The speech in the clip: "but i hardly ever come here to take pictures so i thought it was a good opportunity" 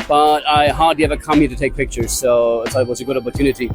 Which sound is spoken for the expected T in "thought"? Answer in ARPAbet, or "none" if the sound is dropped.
none